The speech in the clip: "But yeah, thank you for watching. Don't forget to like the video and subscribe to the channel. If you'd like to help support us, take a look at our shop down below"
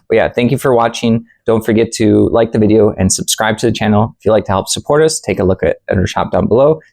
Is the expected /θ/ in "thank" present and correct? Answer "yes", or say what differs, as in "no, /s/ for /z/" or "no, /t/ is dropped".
yes